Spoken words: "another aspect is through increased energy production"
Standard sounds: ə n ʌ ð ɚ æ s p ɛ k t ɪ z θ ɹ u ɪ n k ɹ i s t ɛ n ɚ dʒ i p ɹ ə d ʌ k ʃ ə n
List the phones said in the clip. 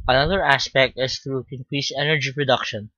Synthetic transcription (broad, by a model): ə n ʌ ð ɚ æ s p ɛ k t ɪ s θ ɹ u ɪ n k ɹ i s ɛ n ɚ dʒ i p ɹ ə d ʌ k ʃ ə n